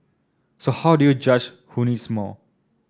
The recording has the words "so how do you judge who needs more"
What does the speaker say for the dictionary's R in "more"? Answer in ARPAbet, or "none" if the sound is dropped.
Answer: L